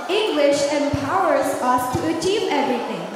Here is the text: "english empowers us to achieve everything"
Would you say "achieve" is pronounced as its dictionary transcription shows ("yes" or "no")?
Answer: yes